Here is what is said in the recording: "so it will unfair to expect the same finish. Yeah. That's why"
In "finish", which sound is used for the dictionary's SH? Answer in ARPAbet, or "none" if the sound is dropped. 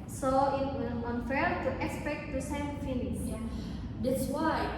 S